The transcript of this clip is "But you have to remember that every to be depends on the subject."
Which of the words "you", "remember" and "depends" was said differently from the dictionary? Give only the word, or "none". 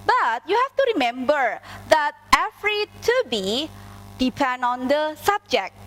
depends